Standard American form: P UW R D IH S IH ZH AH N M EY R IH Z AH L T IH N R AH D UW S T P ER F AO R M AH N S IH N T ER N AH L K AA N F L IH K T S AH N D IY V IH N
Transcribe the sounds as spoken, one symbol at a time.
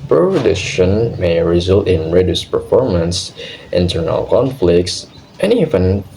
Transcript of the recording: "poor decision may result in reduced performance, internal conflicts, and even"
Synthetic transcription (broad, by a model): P R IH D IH SH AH N M EY R IH Z AH L T IH N R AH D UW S P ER F AO R M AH N S IH N T ER N AH L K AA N F L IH K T S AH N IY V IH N